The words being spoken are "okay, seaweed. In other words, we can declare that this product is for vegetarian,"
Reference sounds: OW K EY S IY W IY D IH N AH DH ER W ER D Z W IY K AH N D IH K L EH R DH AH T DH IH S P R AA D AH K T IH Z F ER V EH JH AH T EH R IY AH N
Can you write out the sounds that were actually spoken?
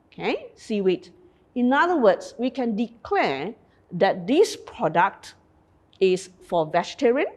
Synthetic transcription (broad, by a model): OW K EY S IY W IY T IH N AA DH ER W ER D S W IY K AH N D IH K L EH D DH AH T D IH S P R AA D AH K T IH S F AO V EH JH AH T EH R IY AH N